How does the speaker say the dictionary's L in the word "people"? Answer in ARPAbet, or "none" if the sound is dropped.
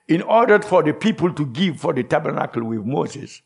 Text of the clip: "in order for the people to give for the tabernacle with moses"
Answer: L